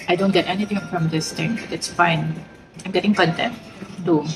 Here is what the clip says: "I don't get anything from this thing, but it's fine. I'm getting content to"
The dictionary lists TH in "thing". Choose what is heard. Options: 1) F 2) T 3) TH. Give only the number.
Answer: 2